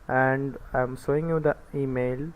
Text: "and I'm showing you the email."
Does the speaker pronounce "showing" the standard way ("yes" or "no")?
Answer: no